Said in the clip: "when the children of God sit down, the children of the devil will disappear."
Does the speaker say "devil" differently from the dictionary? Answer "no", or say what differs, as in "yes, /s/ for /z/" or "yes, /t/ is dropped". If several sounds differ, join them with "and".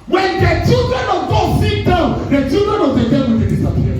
yes, /w/ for /v/